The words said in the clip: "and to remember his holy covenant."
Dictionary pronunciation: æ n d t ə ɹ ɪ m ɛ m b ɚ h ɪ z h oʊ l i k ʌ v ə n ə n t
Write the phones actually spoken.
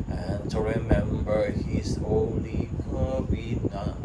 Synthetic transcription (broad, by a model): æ n t ə ɹ ɪ m ɛ m b ɚ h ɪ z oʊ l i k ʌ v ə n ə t